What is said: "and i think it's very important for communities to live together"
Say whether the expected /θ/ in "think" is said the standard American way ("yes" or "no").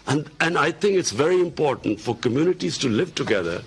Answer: no